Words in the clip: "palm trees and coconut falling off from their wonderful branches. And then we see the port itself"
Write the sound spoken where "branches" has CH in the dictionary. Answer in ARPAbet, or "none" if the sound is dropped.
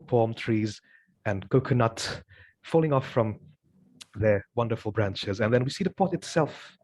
CH